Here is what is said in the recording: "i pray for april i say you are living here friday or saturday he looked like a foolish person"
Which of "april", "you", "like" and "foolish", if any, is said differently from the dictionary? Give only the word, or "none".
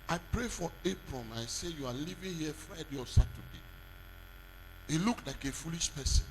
april